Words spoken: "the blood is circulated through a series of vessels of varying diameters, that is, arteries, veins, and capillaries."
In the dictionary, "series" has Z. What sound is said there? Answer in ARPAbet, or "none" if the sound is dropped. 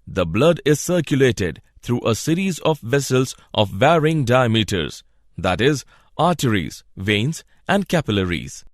Z